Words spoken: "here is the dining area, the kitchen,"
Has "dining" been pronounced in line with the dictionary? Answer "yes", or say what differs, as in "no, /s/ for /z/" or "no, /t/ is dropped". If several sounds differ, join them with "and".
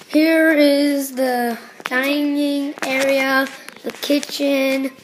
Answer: yes